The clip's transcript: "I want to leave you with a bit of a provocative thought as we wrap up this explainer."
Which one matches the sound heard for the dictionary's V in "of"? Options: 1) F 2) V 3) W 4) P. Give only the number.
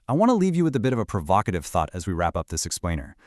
2